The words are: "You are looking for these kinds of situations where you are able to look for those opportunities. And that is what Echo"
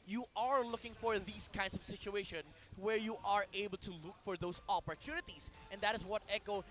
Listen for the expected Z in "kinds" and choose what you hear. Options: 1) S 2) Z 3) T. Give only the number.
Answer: 1